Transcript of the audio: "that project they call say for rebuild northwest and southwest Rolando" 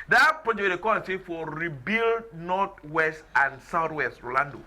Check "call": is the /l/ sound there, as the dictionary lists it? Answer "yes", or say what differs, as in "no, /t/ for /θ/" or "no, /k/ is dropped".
no, /n/ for /l/